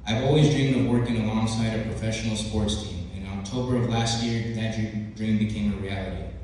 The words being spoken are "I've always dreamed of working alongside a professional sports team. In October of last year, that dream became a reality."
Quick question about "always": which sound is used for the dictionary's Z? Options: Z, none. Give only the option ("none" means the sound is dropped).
Z